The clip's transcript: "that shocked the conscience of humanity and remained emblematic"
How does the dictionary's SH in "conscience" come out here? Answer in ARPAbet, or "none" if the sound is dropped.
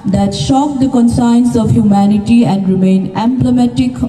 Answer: S